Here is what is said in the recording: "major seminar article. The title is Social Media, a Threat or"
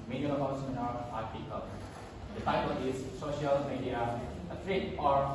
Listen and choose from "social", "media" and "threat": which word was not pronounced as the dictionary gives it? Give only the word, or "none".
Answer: threat